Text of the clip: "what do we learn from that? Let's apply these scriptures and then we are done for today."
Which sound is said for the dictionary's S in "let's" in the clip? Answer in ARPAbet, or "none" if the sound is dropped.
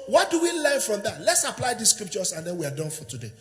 S